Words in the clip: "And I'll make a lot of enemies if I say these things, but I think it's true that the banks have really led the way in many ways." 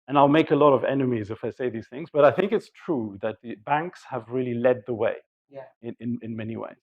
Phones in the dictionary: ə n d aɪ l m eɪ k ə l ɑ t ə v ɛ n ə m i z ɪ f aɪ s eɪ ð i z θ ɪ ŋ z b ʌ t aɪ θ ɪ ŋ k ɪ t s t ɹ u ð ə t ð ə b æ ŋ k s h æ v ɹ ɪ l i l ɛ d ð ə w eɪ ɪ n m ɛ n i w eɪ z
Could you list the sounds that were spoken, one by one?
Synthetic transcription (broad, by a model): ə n aɪ l m eɪ k ə l ɑ t ə v ɛ n ə m i z ɪ f aɪ s eɪ ð i z θ ɪ ŋ z b ʌ t aɪ θ ɪ ŋ k ɪ t s t ɹ u ð ə t ð ə b æ ŋ k s h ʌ v ɹ ɪ l i l ɛ d ð ə w eɪ ɪ n m ɛ n i w eɪ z